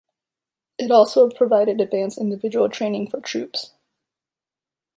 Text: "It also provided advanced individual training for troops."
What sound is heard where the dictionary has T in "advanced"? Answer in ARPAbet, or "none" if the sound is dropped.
none